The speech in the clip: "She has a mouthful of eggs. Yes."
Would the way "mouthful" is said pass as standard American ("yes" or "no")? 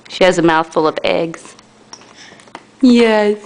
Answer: yes